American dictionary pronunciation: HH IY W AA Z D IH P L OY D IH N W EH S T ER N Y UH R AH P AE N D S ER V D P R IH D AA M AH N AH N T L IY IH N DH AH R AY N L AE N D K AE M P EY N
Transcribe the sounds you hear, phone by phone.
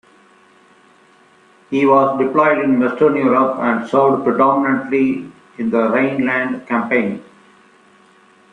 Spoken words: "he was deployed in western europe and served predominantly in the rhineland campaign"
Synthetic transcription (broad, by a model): HH IY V AA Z D IH P L OY D IH N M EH S T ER N Y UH R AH P AE N D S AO D P R IH D AA M AH N AH N T L IY IH N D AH R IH N L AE N D K AE M P EY N